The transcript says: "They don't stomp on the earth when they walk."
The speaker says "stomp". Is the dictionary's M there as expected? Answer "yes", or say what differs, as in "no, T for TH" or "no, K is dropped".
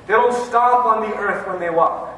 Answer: no, M is dropped